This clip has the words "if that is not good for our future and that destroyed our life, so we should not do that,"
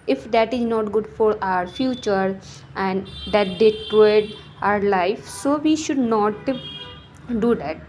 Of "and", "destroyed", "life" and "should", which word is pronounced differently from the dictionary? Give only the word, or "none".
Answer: destroyed